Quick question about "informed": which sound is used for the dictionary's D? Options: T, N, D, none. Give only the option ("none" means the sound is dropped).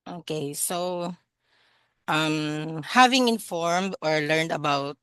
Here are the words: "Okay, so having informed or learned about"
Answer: D